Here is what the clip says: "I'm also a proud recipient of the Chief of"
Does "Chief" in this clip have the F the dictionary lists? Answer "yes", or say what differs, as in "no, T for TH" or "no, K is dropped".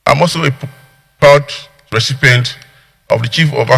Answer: yes